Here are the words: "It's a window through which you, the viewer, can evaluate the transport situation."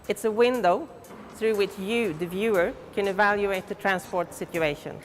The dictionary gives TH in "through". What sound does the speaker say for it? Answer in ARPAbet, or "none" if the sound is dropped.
TH